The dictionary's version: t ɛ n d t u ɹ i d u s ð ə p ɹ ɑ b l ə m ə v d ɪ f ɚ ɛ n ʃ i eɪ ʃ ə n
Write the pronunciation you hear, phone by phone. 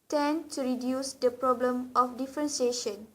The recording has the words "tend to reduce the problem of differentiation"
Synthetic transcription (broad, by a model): t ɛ n t u ɹ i d u s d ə p ɹ ɑ b l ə m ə f d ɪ f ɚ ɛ n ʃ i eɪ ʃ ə n